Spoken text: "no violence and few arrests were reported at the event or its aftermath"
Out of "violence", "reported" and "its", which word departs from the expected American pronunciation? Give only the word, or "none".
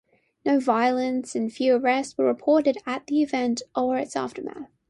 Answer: none